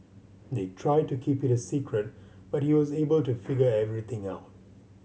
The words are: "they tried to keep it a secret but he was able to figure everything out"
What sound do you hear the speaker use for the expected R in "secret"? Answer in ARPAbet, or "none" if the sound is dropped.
R